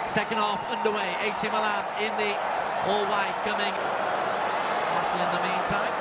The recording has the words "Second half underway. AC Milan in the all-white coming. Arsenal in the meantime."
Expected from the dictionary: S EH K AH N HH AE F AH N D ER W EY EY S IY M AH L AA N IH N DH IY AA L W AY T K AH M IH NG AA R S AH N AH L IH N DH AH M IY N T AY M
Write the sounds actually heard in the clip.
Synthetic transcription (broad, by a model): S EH K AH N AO F AH N D ER W EY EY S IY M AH L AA IH N DH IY AA L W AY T K AH M IH NG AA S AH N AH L IH N DH AH M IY N T AY M